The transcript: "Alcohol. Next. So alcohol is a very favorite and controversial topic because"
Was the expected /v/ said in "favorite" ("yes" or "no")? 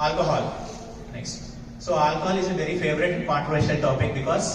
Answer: yes